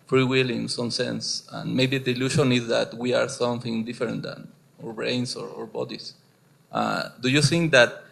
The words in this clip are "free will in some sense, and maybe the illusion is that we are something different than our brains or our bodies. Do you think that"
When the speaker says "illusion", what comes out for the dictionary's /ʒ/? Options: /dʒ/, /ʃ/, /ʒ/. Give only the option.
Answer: /ʃ/